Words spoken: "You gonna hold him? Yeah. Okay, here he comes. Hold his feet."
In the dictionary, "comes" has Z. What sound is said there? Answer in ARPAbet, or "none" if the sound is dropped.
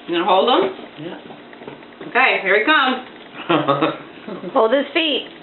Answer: none